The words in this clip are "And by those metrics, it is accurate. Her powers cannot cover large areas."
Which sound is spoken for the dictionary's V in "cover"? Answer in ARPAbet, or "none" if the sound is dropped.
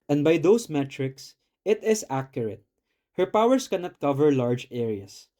V